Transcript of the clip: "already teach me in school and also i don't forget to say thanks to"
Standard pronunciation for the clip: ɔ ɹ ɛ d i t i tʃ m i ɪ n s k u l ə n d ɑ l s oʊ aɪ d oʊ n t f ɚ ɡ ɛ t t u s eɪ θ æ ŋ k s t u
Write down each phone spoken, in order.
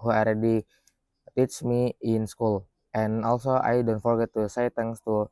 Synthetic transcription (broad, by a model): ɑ ɹ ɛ d i t i tʃ m i ɪ n s k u l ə n ɑ l s oʊ aɪ d oʊ n t f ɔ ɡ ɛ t t u s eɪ t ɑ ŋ s t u